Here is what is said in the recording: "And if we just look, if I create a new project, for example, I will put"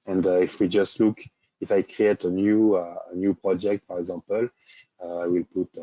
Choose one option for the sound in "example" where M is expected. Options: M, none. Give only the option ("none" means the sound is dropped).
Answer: none